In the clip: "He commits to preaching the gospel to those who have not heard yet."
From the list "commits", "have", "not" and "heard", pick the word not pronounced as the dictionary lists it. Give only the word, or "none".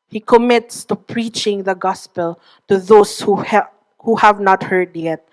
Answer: none